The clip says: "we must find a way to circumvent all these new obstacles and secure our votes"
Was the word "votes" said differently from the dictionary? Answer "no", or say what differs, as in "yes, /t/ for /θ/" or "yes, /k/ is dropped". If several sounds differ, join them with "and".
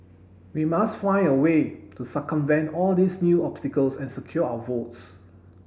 no